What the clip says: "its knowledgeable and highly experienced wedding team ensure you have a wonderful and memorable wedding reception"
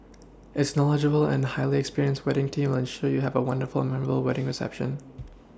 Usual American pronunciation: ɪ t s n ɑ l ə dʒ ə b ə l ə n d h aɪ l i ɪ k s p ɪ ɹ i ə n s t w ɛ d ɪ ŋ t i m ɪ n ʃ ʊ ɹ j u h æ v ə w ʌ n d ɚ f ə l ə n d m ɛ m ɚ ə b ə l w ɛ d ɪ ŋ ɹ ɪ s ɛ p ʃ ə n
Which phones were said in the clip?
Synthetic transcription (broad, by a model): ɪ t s n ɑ l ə dʒ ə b l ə n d h aɪ l i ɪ k s p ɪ ɹ i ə n s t w ɛ d ɪ ŋ t i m ɪ n ʃ ʊ ɹ j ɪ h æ v ə w ʌ n d ɚ f l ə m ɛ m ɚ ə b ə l w ɛ d ɪ ŋ ɹ ɪ s ɛ p ʃ ə n